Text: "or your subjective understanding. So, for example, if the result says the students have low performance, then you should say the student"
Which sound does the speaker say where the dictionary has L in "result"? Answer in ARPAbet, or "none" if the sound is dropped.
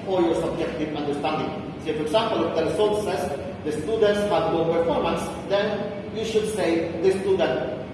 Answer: none